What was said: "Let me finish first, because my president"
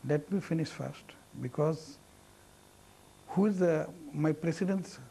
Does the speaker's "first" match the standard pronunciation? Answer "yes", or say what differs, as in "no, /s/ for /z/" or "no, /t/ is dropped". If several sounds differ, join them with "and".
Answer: yes